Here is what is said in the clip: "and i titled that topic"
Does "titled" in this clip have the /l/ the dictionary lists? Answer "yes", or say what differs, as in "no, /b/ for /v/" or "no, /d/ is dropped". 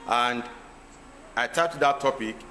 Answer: no, /l/ is dropped